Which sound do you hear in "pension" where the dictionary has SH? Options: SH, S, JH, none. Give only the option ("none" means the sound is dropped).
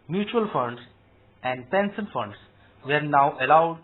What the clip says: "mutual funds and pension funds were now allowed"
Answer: S